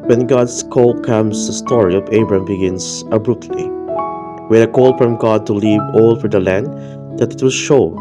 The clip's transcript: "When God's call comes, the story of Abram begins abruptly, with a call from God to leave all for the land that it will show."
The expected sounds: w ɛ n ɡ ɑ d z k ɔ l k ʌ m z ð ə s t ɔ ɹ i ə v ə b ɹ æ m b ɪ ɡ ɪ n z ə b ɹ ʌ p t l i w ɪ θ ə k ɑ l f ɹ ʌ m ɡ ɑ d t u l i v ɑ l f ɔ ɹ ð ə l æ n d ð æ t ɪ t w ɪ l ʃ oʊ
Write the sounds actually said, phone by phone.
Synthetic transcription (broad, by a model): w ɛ n ɡ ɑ d s k ɔ l k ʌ m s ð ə s t ɔ ɹ i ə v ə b ɹ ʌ m b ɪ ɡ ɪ n s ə b ɹ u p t l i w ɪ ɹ ə k ɑ l f ɹ ʌ m ɡ ɑ d t u l i v ɑ l f ɔ ɹ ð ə l æ n d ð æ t ɪ t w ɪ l ʃ oʊ